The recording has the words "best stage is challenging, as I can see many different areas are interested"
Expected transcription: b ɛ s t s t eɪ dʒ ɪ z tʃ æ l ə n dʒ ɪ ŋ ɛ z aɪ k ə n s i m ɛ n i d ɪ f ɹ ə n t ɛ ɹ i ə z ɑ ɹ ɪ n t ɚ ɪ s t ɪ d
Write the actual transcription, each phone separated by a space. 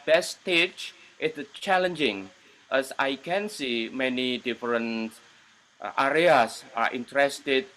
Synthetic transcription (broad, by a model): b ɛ s t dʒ t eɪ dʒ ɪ tʃ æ l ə n dʒ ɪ ŋ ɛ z aɪ k ə n s i m ɛ n i d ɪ f ɹ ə n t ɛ ɹ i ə s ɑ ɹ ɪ n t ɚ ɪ s t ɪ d